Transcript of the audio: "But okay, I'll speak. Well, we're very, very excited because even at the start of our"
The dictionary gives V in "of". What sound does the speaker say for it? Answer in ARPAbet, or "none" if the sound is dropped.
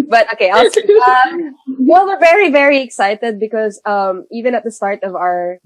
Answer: V